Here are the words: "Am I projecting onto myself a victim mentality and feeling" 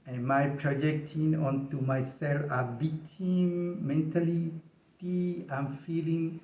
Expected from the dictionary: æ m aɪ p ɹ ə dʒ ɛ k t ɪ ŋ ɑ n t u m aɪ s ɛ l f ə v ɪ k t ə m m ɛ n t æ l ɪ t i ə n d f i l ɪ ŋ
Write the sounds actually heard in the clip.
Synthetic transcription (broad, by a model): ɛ m aɪ p ɹ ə dʒ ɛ k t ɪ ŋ ɑ n t u m aɪ s ɛ l f ə b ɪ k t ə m m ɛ n t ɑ l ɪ t i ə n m f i l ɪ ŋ